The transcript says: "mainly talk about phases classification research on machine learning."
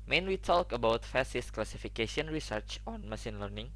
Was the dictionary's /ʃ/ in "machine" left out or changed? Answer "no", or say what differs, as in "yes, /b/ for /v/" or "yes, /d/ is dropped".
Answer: yes, /s/ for /ʃ/